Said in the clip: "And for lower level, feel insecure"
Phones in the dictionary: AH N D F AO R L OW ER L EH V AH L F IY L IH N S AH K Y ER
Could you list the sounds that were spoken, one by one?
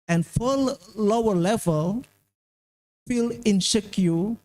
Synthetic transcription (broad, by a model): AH N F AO L L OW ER L EH V AH L F IY L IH N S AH K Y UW